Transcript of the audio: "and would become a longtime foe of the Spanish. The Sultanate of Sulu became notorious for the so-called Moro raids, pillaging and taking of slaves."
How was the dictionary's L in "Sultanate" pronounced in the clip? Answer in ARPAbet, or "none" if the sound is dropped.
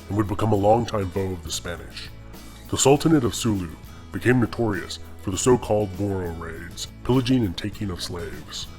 L